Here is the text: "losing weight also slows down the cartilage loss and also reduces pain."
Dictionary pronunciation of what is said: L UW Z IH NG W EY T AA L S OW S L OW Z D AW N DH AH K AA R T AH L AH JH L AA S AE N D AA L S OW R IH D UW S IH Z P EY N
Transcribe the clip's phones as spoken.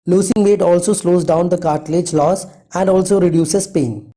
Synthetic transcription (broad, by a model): L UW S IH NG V EY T AA L S OW S L OW Z D AW N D AH K AA R T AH L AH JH L AA S AE N D AA L S OW R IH D UW S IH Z P EY N